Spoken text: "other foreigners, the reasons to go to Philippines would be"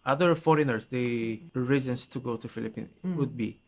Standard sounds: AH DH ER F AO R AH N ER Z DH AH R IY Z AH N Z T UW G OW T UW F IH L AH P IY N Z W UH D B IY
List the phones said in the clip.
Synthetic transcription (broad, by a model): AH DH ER F AO R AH N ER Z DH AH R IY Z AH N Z T UW G OW T UW F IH L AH P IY N W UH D B IY